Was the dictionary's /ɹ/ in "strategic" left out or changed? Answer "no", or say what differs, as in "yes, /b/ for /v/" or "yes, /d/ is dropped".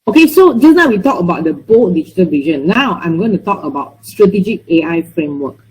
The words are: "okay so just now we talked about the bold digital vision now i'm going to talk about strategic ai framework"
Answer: no